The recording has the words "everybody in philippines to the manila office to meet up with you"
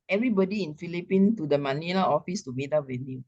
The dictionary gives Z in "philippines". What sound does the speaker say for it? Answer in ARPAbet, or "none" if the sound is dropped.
none